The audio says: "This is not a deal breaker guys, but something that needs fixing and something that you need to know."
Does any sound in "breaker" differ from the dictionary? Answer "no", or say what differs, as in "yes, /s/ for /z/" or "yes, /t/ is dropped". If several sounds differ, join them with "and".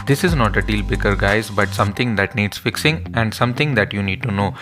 yes, /ɹ/ is dropped